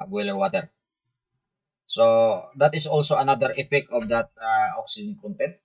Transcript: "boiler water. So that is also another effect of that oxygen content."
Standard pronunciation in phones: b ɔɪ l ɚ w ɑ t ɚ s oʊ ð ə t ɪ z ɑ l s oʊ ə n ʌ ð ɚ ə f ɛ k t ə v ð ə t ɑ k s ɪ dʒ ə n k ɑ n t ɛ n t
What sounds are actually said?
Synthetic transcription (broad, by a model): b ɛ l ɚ w ɑ t ɚ s oʊ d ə t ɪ s ɑ l s oʊ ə n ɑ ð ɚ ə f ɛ k ə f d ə t ɑ k s ɪ dʒ ə n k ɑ n t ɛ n